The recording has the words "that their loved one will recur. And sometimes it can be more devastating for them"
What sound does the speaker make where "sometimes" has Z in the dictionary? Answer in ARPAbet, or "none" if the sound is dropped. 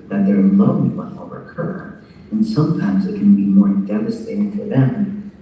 Z